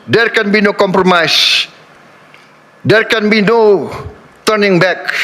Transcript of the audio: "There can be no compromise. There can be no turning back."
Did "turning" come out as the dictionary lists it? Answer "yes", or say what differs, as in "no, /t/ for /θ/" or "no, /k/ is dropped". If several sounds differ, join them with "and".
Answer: yes